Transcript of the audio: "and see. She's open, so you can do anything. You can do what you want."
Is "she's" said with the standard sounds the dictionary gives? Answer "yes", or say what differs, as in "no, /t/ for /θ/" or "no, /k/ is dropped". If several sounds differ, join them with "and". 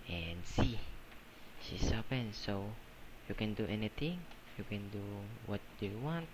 no, /s/ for /z/